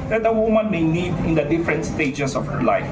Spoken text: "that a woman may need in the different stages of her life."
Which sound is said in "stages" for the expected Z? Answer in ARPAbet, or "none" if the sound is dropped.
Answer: S